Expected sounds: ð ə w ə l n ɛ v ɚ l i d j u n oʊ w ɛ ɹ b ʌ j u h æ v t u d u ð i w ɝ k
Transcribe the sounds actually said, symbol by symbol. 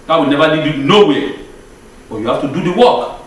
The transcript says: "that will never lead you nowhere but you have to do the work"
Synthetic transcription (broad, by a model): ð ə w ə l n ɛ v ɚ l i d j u n oʊ w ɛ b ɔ j u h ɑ f t u d u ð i w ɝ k